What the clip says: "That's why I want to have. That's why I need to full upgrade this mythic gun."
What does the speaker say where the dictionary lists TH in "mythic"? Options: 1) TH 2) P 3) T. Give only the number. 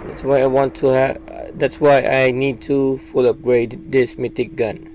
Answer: 3